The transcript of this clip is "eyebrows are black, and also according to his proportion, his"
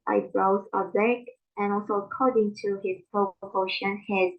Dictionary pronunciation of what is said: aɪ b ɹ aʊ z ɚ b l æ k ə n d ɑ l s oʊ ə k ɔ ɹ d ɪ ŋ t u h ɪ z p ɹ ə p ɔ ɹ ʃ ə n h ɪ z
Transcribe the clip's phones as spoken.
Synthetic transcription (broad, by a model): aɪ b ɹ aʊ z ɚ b æ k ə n ɑ l s oʊ ə k ɔ ɹ d ɪ ŋ t u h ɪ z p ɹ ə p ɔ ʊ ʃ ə n h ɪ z